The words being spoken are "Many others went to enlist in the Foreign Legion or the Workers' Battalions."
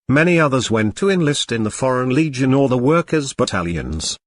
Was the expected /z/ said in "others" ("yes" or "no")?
yes